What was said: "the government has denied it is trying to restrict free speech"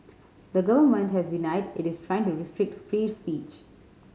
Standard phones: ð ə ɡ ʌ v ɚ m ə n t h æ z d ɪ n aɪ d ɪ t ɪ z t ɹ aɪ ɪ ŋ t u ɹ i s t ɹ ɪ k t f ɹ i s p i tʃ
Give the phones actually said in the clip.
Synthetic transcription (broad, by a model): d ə ɡ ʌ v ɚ m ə n t h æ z d ɪ n aɪ d ɪ t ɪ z t ɹ aɪ ɪ ŋ t u ɹ i s t ɹ ɪ k t f ɹ i s p i tʃ